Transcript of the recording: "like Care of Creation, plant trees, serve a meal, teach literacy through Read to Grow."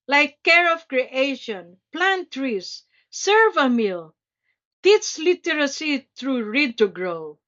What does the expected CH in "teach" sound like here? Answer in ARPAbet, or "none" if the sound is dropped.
S